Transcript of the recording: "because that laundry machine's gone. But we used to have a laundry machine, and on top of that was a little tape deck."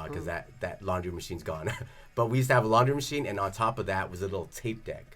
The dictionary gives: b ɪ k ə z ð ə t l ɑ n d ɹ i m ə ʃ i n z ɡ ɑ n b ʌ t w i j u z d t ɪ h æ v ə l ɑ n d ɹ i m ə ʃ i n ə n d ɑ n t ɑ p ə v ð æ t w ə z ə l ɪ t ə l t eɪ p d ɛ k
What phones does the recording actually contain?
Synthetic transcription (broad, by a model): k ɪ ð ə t ð ə t l ɑ n d ɹ i m ə ʃ i n z ɡ ɑ n b ʌ t w i j u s t ɪ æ v ə l ɑ n d ɹ i m ə ʃ i n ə n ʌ n t ɑ p ə v ð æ t w ə z ə l ɪ t l t eɪ p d ɛ k